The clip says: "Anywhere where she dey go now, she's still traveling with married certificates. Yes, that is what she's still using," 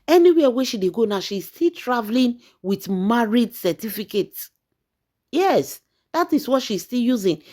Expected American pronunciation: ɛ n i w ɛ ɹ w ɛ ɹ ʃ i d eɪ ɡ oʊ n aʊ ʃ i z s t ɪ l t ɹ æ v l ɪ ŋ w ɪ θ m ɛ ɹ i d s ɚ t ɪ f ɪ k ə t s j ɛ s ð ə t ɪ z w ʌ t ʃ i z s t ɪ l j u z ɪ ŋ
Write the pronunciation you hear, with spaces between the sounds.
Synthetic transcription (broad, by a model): ɛ n i w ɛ w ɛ ʃ i d eɪ ɡ oʊ n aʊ ʃ i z s t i l t ɹ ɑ v l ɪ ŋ w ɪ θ m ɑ ɹ i d s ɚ t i f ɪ k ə t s j ɛ s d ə t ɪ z w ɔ t ʃ i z s t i l j u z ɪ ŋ